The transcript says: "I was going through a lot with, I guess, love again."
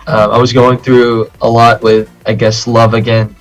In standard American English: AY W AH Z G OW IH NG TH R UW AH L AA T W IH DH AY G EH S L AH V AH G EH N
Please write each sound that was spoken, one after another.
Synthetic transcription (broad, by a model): AY W AH Z G OW IH NG TH R UW AH L AA T W IH DH AY G EH S L AH V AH G EH N